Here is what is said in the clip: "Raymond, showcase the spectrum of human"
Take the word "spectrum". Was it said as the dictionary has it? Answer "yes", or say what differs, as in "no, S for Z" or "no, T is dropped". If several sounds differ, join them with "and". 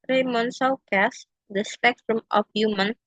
yes